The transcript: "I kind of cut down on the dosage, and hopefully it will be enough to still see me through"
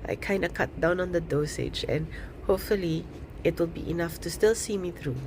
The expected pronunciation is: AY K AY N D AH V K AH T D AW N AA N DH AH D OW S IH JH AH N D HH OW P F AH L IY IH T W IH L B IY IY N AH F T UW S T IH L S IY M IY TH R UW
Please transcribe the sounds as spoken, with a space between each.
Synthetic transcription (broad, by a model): AY K AY N D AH K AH T D AW N AA N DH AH D OW S IH JH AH N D HH OW P F AH L IY IH T W IH L B IY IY N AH F T UW S T IH L S IY M IY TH R UW